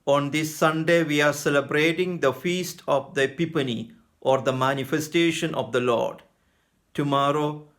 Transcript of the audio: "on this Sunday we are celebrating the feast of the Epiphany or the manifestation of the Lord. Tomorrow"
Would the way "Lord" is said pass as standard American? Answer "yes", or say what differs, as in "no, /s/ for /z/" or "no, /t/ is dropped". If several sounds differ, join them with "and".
yes